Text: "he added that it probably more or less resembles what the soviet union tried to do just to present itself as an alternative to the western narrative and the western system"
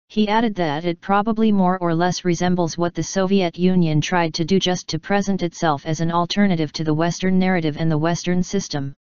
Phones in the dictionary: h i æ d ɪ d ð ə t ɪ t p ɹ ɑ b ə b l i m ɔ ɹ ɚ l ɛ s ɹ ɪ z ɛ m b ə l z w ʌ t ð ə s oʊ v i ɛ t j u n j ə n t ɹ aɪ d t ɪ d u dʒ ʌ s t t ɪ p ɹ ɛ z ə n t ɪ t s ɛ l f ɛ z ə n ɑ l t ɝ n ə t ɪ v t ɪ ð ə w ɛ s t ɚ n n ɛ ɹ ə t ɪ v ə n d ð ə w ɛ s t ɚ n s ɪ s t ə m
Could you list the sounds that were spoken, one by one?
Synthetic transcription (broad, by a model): h i æ d ɪ d ð ə t ɪ t p ɹ ɑ b ə b l i m ɔ ɹ ɚ l ɛ s ɹ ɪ z ɛ m b l z w ʌ t ð ə s oʊ v i ɛ t j u n j ə n t ɹ aɪ d t ɪ d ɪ dʒ ʌ s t t ɪ p ɹ ɛ z ə n t ɪ t s ɛ l f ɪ z ə n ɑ l t ɝ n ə t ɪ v t ɪ ð ə w ɛ s t ɚ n n ɛ ɹ ə t ɪ v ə n ð ə w ɛ s t ɚ n s ɪ s t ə m